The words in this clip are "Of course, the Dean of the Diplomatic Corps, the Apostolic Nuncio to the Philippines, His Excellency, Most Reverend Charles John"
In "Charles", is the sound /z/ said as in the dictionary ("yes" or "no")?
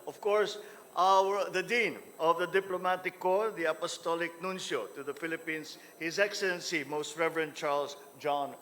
no